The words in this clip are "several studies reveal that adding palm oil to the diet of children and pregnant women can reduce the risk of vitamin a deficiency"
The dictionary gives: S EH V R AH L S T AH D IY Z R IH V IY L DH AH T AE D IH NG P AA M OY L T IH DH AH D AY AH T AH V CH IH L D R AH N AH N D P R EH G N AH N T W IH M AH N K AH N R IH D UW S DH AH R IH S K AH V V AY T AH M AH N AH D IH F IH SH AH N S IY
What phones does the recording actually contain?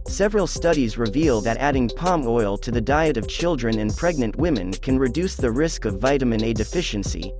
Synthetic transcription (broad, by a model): S EH V R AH L S T AH D IY Z R IH V IY L DH AH T AE D IH NG P AA M OY L T IH DH AH D AY AH T AH V CH IH L D R AH N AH N P R EH G N AH N T W IH M AH N K AH N R IH D UW S DH AH R IH S K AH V V AY T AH M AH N AH D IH F IH SH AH N S IY